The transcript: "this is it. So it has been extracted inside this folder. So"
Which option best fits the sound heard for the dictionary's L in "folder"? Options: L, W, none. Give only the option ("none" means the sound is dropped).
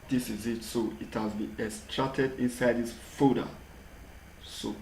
none